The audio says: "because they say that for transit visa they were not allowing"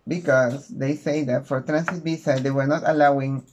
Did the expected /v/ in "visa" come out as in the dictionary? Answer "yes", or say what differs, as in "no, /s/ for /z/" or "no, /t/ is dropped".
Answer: no, /b/ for /v/